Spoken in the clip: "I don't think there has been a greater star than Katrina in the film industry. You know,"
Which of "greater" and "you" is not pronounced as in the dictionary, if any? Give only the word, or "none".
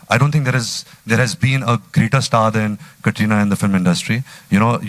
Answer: none